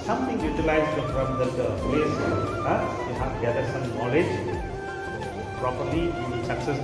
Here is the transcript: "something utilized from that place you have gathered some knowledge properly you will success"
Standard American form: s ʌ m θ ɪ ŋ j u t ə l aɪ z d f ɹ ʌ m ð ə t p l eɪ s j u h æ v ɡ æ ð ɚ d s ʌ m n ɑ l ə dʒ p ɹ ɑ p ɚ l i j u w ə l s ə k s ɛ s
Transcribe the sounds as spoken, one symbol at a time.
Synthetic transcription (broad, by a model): s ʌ m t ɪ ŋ j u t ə l aɪ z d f ɹ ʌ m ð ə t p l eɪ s j u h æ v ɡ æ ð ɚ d s ʌ m n ɑ l ə dʒ p ɹ ɑ p ɚ l i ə n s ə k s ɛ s